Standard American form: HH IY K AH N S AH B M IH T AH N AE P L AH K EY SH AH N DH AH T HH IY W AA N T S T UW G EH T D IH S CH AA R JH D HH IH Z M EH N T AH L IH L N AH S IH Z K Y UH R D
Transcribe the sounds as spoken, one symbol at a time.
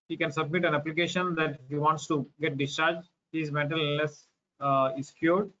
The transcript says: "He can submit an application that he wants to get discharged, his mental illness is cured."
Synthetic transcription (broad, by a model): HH IY K AH N S AH B M IH T AH N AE P L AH K EY SH AH N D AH T HH IY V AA N T S T UW G EH T D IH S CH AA R JH HH IH Z M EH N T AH L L AH S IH S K Y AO R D